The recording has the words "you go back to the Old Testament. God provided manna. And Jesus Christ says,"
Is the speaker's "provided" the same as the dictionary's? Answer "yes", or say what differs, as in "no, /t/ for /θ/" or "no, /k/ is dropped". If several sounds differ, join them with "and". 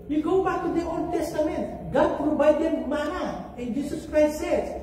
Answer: no, /b/ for /v/